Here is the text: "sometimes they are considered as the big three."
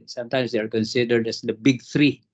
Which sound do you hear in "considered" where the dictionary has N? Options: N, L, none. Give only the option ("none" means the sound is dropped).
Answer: N